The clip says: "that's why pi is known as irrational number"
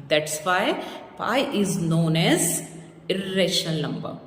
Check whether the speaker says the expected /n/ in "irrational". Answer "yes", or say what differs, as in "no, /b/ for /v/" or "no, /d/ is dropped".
no, /n/ is dropped